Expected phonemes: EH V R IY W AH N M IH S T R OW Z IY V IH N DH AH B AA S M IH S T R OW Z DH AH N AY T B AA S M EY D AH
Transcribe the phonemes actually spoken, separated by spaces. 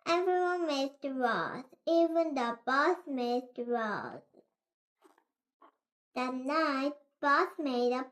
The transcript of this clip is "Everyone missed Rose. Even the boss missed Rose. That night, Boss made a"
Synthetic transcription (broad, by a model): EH V R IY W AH N M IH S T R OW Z IY V IH N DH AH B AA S M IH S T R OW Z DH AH N AY T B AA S M EY D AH